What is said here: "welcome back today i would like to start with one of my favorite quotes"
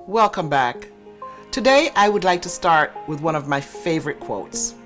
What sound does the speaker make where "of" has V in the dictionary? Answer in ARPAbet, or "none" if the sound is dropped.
V